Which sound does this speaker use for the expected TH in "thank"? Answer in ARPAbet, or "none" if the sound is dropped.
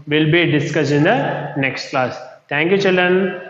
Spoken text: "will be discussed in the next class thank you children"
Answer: T